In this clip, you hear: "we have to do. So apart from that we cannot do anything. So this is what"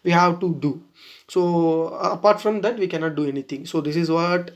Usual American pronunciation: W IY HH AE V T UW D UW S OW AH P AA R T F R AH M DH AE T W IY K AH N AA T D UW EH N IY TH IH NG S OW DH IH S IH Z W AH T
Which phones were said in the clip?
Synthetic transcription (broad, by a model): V IY HH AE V T UW D UW S OW AH P AA R T F R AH M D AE T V IY K AH N AA T D UW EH N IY T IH NG S OW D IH S IH Z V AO T